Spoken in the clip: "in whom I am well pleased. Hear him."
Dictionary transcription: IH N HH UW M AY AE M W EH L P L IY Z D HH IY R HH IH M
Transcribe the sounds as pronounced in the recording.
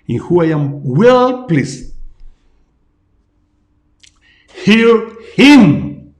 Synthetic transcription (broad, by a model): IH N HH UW AY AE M W EH L P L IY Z HH IY R HH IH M